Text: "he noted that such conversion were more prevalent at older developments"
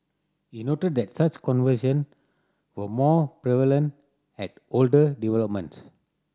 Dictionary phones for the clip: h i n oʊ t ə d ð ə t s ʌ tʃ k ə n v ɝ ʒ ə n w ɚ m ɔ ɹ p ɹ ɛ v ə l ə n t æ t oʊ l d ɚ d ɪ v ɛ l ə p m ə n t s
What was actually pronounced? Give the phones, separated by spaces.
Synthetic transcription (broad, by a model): h i n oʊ t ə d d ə t s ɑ tʃ k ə n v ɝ ʃ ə n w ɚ m ɔ p ɹ ɛ v ə l ə n t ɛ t oʊ l d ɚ d ɪ v ɛ l ə p m ə n t s